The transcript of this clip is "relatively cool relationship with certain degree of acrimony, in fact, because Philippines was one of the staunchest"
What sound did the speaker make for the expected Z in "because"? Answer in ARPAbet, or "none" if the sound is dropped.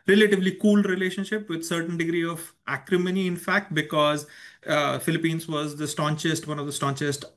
Z